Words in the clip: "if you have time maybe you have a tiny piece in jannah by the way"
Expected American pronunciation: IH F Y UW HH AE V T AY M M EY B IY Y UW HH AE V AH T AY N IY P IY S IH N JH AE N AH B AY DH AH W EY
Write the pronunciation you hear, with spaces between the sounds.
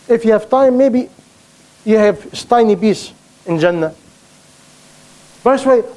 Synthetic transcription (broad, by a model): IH F Y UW HH AE V T AY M M EY B IY Y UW HH AE V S T AY N IY B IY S IH N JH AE N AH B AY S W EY